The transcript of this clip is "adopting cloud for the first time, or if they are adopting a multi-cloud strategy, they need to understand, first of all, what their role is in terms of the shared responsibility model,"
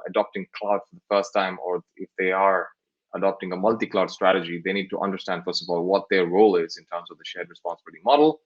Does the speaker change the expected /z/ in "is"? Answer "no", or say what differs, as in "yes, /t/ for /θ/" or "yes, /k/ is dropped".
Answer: no